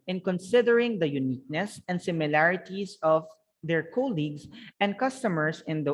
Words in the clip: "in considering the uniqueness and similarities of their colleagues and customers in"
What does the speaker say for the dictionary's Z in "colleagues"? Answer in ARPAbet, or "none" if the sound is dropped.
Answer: S